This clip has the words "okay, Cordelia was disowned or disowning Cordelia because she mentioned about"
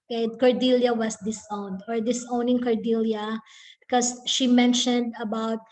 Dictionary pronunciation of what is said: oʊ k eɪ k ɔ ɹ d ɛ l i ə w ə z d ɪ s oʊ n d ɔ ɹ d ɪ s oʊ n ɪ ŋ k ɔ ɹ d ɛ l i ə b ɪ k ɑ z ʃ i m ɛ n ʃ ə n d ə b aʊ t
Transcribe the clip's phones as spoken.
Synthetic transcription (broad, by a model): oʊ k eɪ k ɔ ɹ d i l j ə w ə s d ɪ s oʊ n d ɔ ɹ d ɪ s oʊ n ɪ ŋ k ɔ ɹ d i l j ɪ k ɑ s ʃ i m ɛ n ʃ ə n d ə b aʊ t